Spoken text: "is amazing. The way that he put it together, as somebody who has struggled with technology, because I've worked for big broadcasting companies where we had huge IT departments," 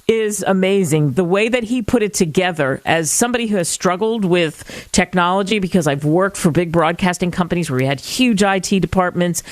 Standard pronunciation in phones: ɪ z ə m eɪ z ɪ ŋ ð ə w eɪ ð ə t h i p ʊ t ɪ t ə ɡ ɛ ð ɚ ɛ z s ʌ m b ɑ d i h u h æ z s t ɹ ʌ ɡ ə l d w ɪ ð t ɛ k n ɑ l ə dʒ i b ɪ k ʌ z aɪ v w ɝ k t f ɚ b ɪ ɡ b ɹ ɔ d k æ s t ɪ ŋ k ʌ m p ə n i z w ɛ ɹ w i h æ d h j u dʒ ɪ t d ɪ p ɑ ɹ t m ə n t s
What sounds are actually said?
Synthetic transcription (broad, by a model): ɪ z ə m eɪ z ɪ ŋ ð ə w eɪ ð ə t h i p ʊ t ɪ t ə ɡ ɛ ð ɚ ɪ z s ʌ m b ɑ d i h u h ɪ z s t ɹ ʌ ɡ l d w ɪ ð t ɛ k n ɑ l ə dʒ i b ɪ k ʌ z aɪ v w ɝ k t f ɚ b ɪ ɡ b ɹ ɔ d k æ s t ɪ ŋ k ʌ m p ə n i z w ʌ ɹ w i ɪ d h j u dʒ ɪ t d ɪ p ɑ ɹ t m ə n t s